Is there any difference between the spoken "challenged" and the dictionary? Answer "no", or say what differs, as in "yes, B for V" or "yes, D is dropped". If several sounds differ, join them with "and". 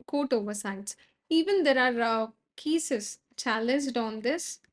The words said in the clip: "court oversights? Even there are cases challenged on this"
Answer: no